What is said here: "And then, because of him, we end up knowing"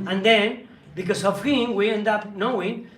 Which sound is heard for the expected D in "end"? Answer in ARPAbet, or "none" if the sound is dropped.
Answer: D